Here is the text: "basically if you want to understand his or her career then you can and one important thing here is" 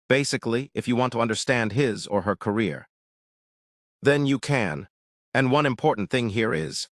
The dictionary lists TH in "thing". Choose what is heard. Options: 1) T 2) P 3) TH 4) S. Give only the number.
3